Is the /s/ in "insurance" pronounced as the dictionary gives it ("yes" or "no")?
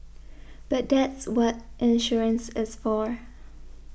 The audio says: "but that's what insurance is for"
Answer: yes